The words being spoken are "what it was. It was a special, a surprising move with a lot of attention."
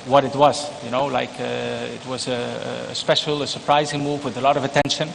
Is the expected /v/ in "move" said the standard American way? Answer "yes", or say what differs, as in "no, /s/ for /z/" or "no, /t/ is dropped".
yes